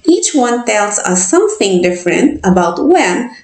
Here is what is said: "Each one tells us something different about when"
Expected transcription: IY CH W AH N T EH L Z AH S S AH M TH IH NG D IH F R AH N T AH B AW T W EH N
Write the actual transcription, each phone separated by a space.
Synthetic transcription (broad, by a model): IY CH W AH N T EH L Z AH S S AH M TH IH NG D IH F R AH N T AH B AW T W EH N